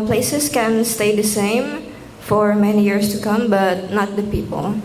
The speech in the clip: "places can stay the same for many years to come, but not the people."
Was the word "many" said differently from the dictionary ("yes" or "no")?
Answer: no